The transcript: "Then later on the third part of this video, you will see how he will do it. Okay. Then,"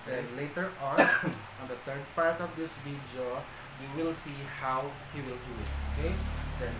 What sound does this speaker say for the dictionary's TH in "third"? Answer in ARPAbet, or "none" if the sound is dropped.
T